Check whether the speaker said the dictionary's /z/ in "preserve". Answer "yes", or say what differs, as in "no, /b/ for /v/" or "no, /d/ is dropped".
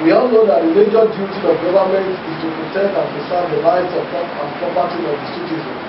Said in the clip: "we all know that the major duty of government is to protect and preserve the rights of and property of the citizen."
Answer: no, /s/ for /z/